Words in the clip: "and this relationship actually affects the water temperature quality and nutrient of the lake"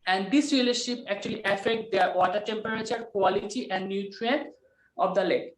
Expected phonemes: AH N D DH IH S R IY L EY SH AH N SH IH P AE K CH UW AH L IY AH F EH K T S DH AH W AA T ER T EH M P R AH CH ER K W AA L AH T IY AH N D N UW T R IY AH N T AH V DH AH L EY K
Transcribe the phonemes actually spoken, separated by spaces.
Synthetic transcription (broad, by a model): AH N D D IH S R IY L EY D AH SH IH P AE K CH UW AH L IY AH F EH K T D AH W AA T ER T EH M P R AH CH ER K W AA L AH T IY AH N D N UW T R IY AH N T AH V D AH L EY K